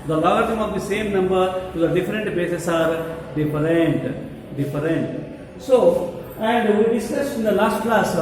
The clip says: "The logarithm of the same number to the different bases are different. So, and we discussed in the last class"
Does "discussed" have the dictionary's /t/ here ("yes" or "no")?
no